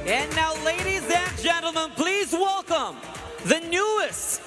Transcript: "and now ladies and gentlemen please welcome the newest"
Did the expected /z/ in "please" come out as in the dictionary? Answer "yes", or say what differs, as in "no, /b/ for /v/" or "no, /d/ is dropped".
yes